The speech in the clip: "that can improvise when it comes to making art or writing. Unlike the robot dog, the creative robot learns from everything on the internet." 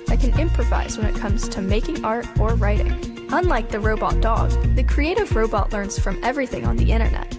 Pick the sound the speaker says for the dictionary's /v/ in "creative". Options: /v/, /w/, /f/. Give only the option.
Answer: /v/